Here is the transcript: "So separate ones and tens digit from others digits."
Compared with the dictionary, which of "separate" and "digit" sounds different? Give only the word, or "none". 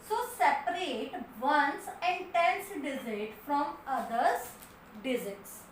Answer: digit